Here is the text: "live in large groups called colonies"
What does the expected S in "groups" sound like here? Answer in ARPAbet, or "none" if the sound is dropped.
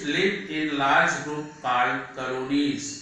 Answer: none